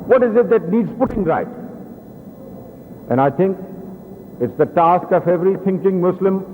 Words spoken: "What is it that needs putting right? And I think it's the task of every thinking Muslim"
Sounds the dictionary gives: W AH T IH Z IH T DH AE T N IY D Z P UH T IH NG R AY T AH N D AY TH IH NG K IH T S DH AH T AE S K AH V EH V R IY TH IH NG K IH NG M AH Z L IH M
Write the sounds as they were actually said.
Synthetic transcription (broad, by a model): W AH T IH Z IH T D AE T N IY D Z P UH T IH NG R AY T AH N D AY T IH NG K IH T S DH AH T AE S K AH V EH V R IY T IH NG K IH NG M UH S L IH M